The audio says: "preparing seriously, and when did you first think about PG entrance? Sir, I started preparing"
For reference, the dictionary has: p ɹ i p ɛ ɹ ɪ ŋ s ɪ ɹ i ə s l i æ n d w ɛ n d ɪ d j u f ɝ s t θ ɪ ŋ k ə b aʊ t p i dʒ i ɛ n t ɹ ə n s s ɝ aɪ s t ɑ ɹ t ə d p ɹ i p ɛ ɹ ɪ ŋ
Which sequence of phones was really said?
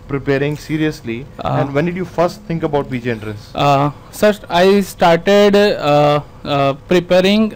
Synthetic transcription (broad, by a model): p ɹ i p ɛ ɹ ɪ ŋ s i ɹ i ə s l i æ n d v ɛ n d ɪ d j u f ɝ s t t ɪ ŋ k ə b aʊ t b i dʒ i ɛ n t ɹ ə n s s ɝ aɪ s t ɑ ɹ t ə d p ɹ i p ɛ ɹ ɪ ŋ